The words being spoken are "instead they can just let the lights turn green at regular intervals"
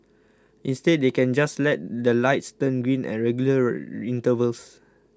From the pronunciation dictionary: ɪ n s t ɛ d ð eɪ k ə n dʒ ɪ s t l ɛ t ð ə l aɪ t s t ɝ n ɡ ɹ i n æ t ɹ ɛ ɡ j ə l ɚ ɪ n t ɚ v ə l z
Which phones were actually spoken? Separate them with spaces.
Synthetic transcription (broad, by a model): ɪ n s t ɛ d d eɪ k ə n dʒ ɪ s l ɛ t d ə l aɪ t s t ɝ n ɡ ɹ i n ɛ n ɹ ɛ ɡ j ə l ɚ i n t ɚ v ə l s